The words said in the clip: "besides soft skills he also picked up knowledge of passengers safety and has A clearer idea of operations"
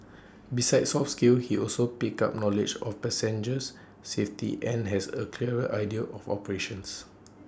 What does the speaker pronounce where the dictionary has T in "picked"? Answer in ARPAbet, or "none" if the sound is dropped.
none